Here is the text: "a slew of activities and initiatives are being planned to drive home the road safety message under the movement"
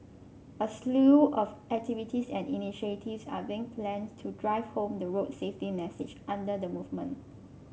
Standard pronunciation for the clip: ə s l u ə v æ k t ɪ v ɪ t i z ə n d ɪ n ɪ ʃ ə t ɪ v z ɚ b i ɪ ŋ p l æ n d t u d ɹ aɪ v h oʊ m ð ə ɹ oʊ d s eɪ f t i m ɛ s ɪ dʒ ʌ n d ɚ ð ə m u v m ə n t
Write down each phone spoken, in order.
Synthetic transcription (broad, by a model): ə s l u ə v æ k t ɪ v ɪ t i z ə n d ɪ n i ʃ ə t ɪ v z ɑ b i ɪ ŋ p l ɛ n t u d ɹ aɪ v h oʊ m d ə ɹ oʊ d s eɪ f t i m ɛ s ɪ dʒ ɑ n d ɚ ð ə m u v m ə n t